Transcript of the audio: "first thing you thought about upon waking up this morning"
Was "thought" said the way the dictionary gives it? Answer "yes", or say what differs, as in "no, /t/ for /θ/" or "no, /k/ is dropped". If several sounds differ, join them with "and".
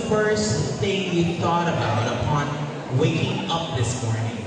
yes